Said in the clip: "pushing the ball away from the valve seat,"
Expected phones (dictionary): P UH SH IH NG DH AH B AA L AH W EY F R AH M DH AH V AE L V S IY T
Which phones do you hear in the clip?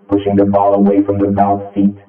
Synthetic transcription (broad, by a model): P UH SH IH NG DH AH B AA L AH W EY F R AH M DH AH B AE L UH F IY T